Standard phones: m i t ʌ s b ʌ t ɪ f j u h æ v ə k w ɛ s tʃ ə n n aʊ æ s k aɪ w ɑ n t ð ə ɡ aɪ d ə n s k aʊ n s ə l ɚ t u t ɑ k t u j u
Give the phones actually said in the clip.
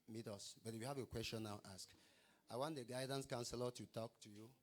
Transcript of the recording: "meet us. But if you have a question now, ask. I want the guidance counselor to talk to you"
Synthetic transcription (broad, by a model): m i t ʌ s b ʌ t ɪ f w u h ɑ v ə k w ɛ s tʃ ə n n aʊ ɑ s k aɪ w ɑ n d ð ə ɡ aɪ d ə n s k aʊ n s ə l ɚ t u t ɑ k t u j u